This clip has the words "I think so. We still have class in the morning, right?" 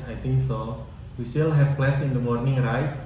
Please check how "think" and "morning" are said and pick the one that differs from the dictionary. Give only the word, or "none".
think